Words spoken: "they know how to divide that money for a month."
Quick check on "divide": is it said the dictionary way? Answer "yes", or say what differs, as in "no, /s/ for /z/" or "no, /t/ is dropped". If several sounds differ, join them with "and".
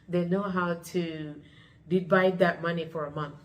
no, /b/ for /v/